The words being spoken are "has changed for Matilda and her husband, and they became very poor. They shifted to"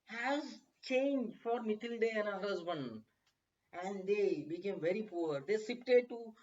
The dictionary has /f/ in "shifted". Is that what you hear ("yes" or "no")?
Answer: no